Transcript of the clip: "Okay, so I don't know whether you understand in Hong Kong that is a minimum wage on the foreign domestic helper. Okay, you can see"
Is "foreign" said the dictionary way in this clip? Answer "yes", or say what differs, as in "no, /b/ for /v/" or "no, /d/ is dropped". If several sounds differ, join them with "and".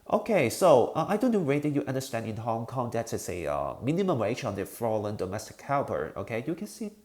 no, /l/ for /ɹ/